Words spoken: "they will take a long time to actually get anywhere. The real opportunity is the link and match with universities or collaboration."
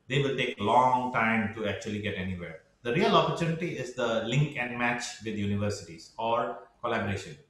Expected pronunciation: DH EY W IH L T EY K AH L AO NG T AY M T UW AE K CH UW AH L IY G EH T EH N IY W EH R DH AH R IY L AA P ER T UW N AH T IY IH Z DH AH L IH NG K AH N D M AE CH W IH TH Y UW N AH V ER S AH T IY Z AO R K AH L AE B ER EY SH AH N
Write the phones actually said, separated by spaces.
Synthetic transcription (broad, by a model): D EY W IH L T EY K L AO NG T AY M T UW AE K CH UW AH L IY G EH T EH N IY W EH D AH R IY L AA P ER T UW N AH T IY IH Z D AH L IH NG K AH N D M AE CH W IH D Y UW N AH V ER S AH T IY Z AO R K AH L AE B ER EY SH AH N